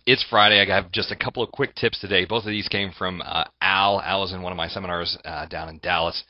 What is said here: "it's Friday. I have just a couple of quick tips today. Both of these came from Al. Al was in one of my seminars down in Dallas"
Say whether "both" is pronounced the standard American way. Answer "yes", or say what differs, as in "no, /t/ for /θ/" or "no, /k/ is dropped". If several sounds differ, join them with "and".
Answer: yes